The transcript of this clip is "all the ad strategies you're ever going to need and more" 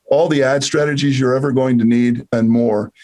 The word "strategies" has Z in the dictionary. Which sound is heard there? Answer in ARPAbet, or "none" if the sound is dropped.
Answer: Z